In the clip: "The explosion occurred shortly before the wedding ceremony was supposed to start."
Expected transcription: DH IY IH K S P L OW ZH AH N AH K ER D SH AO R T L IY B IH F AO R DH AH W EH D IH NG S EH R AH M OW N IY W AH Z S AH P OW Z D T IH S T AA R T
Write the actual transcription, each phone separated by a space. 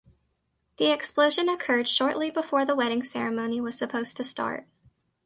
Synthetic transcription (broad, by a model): DH IY IH K S P L OW ZH AH N AH K ER D SH AO R T L IY B IH F AO R DH AH W EH D IH NG S EH R AH M OW N IY W AH Z S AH P OW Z T IH S T AA R T